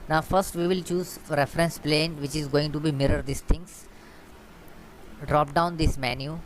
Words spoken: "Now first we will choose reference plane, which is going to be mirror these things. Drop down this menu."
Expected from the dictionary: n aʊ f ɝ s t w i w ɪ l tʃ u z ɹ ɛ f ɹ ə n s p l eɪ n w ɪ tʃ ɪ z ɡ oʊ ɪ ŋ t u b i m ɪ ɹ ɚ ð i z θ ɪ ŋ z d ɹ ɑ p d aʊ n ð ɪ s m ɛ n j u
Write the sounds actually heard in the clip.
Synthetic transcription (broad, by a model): n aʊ f ɝ s t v i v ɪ l tʃ u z ɹ ɛ f ɹ ə n s p l eɪ n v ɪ tʃ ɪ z ɡ oʊ ɪ ŋ t u b i m ɪ ɹ ɚ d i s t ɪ ŋ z d ɹ ɑ p d aʊ n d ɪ s m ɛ n j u